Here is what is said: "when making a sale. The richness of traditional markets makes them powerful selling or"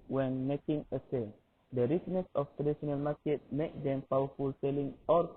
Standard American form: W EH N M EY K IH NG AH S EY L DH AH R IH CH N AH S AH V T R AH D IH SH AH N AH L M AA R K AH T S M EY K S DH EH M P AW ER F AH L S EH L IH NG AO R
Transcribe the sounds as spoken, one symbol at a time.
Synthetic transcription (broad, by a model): W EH N M EY K IH NG AH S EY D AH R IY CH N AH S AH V T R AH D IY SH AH N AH L M AA K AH T M EY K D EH M P AW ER F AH L S EH L IH NG AO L